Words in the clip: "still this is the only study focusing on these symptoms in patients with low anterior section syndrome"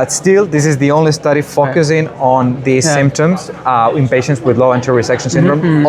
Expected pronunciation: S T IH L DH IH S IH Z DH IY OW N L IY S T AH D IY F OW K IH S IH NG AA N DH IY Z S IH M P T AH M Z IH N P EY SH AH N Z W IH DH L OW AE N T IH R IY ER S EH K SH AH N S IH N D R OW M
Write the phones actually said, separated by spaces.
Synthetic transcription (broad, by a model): S T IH L DH IH S IH Z DH IY OW N L IY S T AH D IY F OW K IH S IH NG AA N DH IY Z S IH M P T AH M Z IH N P EY SH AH N S W IH DH L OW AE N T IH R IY S EH K SH AH N S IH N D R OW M